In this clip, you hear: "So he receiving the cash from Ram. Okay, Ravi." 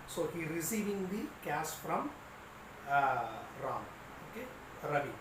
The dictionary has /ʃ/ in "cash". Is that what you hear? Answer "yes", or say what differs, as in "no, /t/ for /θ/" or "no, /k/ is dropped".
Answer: no, /s/ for /ʃ/